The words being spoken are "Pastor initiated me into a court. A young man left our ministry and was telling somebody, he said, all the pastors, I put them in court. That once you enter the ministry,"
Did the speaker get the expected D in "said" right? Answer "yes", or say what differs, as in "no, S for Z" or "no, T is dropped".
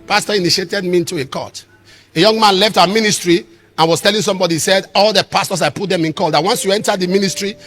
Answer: yes